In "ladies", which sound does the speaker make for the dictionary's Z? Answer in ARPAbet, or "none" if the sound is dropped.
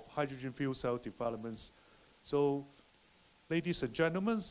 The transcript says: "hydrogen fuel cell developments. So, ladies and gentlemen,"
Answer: S